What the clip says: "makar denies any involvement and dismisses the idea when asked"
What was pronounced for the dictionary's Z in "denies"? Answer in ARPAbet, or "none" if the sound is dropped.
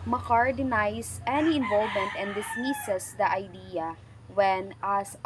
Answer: S